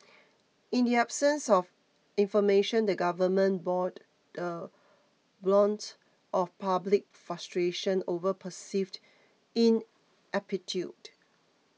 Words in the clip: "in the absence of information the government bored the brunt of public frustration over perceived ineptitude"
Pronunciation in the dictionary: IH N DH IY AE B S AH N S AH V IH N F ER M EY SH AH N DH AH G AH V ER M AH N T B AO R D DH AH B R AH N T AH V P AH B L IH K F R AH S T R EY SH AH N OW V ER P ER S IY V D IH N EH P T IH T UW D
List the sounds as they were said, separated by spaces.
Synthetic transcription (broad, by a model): IH N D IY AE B S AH N S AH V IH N F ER M EY SH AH N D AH G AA V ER M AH N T B AO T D AH B L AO N T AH F P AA B L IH K F R AH S T R EY SH AH N OW V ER P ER S IY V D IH N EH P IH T UW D